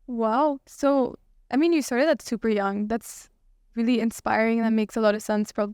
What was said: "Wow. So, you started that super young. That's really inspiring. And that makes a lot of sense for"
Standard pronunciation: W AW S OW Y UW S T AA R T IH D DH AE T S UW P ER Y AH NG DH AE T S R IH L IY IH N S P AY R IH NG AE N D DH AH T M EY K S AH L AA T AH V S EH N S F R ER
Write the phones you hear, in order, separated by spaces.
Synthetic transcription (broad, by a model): W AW S OW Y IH S T AA R T IH D DH AE T S UW P ER Y AH NG DH AE T S R IH L IY IH N S P AY R IH NG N DH AH T M EY K S AH L AA T AH V S EH N S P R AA